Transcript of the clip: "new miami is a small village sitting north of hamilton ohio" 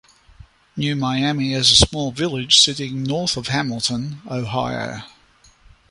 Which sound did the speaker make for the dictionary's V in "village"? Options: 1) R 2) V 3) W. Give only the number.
2